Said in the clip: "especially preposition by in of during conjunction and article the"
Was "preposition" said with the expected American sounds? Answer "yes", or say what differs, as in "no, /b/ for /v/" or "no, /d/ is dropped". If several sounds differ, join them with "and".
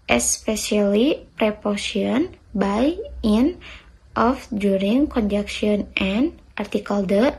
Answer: no, /s/ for /z/ and /ʃ/ is dropped